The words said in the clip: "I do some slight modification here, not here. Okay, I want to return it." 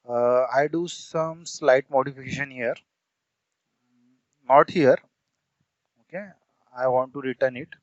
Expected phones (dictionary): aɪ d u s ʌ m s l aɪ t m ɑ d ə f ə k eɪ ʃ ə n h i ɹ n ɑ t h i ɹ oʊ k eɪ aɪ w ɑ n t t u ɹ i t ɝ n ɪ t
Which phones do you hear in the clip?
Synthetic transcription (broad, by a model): aɪ d u s ʌ m s l aɪ t m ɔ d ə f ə k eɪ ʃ ə n h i ɹ n ɑ t h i ɹ oʊ k eɪ aɪ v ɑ n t t u ɹ i t ɝ n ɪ t